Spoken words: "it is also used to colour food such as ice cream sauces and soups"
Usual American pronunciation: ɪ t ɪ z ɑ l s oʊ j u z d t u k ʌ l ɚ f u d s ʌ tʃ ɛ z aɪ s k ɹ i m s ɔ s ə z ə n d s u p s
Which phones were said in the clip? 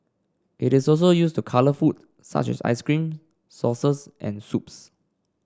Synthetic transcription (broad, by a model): ɪ t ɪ s ɑ l s oʊ j u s t u k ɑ l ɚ f u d s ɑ tʃ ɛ s aɪ s k ɹ i m s ɔ s ə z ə n s u p s